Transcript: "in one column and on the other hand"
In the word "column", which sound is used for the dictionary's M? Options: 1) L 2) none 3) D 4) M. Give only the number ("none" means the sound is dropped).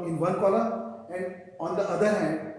2